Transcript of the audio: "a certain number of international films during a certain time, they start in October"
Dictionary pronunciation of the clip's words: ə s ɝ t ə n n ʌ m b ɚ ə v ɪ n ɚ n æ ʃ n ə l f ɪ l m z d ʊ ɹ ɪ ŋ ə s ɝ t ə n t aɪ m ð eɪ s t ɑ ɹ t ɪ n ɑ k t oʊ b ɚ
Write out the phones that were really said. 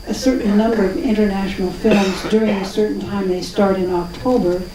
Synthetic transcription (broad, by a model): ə s ɝ t n n ʌ m b ɚ ə v ɪ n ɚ n æ ʃ n l f ɪ l m z d ʊ ɹ ɪ ŋ ə s ɝ t n t aɪ m ð eɪ s t ɑ ɹ t ɪ n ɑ k t oʊ b ɚ